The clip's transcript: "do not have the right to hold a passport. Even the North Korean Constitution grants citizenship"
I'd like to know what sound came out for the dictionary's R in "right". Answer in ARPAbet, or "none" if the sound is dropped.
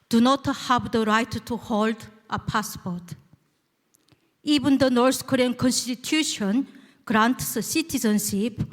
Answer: R